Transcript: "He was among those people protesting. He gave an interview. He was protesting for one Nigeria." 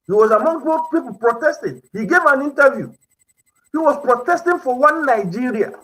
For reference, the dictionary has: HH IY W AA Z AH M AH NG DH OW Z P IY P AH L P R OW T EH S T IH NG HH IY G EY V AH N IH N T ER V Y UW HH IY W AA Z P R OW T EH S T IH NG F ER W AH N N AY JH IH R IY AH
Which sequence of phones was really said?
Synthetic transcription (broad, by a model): HH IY W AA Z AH M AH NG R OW P IY P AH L P R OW T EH S T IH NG HH IY G EY V AH N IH N T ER V Y UW HH IY W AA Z P R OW T EH S T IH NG F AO W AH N N AY JH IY R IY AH